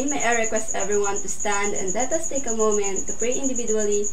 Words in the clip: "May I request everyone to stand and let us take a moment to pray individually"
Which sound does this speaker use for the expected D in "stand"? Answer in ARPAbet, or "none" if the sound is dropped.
D